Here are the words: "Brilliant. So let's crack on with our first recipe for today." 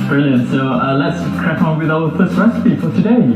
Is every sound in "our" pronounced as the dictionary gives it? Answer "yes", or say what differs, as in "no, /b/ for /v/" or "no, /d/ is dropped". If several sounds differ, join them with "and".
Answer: no, /l/ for /ɹ/